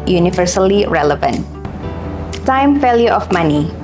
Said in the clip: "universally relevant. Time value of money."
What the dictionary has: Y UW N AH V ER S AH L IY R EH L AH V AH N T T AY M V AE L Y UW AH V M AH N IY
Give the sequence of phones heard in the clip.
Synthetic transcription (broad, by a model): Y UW N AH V ER S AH L IY R EH L AH V AH N T T AY M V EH L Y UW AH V M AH N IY